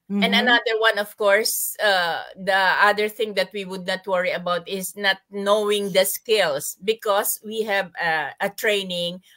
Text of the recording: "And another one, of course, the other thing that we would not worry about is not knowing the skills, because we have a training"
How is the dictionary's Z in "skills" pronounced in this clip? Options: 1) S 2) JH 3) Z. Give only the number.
1